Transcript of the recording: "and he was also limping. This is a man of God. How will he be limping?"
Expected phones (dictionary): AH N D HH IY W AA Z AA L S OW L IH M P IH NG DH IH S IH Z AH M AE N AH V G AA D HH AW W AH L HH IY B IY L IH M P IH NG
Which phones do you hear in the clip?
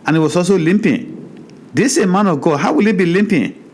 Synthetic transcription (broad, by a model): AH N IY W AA S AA S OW L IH M P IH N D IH S AH M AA N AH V G AA D HH AW W AH L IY B IY L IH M P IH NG